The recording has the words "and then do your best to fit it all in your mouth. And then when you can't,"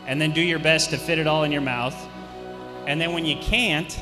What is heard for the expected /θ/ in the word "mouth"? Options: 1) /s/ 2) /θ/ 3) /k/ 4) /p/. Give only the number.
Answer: 2